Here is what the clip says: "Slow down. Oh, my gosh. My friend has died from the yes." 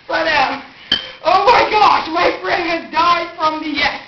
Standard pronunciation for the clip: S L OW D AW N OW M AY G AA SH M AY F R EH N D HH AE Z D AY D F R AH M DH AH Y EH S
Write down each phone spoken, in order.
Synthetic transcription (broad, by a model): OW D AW OW M AY G AA SH M AY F R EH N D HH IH Z D AY D F R AH M DH AH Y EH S